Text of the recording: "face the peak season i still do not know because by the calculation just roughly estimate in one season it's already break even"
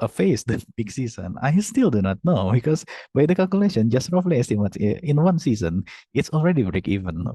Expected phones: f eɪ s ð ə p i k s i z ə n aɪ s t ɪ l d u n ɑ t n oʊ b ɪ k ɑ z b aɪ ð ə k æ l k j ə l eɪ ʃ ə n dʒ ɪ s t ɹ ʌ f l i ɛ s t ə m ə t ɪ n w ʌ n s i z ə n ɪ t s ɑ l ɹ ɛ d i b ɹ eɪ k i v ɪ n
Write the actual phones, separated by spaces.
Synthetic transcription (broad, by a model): f eɪ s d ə b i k s i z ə n aɪ s t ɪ l d u n ɑ t n oʊ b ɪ k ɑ s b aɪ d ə k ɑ l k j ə l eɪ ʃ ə n dʒ ɪ s t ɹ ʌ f l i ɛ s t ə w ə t ɪ n w ʌ n s i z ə n ɪ t s ɑ l ɹ ɛ d i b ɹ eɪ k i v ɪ n